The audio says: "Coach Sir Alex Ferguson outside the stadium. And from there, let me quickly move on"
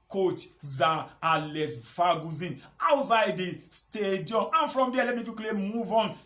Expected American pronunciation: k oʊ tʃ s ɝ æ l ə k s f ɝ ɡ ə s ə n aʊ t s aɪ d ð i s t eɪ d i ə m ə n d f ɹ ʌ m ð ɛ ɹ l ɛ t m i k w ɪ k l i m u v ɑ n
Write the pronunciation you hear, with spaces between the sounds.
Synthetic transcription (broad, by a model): k oʊ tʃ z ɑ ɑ l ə s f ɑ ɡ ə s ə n aʊ t s aɪ d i s t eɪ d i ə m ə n f ɹ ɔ m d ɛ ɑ l ɛ t m i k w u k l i m u v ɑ n